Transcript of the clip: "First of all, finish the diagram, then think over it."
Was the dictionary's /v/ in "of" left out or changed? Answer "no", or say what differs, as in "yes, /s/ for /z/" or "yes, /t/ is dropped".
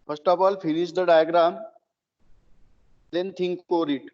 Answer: yes, /p/ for /v/